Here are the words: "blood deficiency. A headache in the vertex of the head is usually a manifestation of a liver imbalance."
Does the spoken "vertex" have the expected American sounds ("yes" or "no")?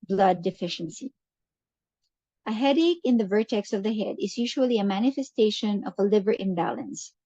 yes